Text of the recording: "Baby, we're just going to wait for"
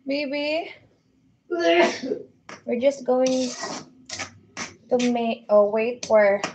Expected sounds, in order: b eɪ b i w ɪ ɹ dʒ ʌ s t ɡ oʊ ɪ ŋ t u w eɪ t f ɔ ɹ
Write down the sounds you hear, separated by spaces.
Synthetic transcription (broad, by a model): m eɪ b i w ɪ ɹ dʒ ʌ s t ɡ oʊ ɪ ŋ t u w eɪ t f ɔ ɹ